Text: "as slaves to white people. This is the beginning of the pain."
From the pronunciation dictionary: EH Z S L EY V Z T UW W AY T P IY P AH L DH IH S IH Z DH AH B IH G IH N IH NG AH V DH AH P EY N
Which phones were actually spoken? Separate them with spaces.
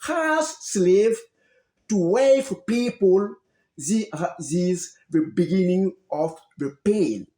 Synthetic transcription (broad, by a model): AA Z S L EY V T UW W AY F P IY P AH L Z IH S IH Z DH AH B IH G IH N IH NG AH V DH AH P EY N